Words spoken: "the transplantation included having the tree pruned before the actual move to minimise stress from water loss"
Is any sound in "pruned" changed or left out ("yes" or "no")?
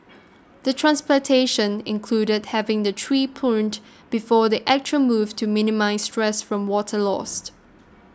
yes